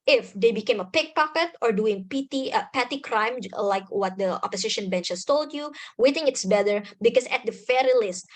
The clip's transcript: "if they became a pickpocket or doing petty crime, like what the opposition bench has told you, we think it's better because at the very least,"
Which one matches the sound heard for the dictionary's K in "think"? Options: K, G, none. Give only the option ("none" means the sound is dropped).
none